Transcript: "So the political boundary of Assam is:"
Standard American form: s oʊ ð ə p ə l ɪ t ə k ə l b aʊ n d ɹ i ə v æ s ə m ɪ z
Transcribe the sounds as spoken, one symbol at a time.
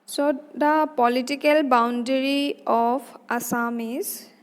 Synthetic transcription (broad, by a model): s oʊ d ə p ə l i t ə k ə l b aʊ n d ɹ i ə p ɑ s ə m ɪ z